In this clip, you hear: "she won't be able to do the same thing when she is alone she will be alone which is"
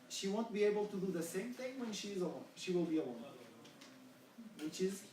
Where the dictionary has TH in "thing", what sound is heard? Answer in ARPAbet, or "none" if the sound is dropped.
TH